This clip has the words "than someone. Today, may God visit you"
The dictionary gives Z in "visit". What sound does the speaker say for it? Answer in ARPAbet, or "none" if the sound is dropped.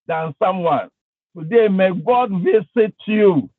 S